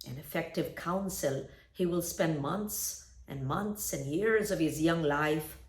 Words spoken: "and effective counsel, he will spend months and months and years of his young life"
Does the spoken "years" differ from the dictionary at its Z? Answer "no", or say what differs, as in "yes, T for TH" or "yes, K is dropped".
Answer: no